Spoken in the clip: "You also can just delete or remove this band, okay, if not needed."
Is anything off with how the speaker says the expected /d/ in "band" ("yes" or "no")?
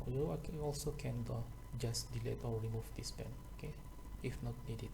yes